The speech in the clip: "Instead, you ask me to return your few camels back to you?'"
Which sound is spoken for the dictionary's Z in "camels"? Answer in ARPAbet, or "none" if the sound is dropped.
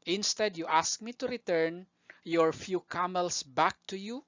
S